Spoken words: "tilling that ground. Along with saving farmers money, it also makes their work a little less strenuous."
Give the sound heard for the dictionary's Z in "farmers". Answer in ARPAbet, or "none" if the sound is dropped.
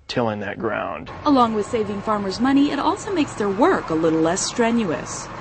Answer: Z